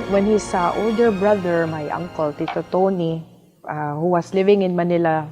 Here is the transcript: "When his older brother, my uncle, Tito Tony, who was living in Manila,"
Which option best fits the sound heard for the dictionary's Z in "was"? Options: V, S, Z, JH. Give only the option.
S